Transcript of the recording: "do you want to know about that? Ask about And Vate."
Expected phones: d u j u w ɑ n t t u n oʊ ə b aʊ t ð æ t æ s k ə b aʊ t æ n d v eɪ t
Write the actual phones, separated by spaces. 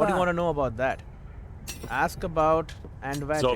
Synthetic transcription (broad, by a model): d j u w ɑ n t t u n oʊ ə b aʊ t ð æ t æ s k ə b aʊ t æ n d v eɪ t